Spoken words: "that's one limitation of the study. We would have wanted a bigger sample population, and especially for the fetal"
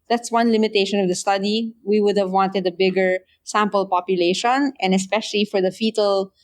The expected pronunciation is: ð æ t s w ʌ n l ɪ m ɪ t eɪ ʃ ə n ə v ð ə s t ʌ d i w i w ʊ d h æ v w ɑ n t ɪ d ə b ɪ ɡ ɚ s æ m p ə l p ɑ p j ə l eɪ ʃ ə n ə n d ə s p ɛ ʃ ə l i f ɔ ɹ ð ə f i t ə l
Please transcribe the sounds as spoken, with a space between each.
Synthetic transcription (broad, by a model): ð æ t s w ʌ n l ɪ m ɪ t eɪ ʃ ə n ə v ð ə s t ʌ d i w i w ʊ d h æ v w ɑ n t ɪ d ə b ɪ ɡ ɚ s æ m p ə l p ɑ p j ə l eɪ ʃ ə n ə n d ə s p ɛ ʃ ə l i f ɔ ɹ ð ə f i t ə l